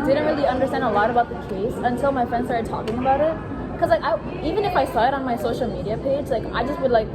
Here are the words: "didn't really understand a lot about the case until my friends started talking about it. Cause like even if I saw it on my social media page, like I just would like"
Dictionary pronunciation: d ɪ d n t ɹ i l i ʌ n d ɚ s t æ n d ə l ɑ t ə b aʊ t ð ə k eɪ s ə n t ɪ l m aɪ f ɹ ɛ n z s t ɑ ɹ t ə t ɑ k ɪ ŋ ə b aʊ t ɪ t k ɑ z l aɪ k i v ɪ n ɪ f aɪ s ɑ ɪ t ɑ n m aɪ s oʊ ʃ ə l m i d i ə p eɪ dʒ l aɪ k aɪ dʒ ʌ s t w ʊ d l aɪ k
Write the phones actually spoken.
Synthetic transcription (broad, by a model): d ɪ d n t ɹ i l i ʌ n d ɚ s t æ n d ə l ɑ t ə b aʊ t ð ə k eɪ s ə n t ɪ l m aɪ f ɹ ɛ n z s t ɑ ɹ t t ɑ k ɪ ŋ ə b aʊ t ɪ t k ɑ z l aɪ k i v ɪ n ɪ f aɪ s ɑ ɪ t n m aɪ s oʊ ʃ ə l m i d i ə p eɪ dʒ l aɪ k aɪ dʒ ʌ s t w ʊ d l aɪ k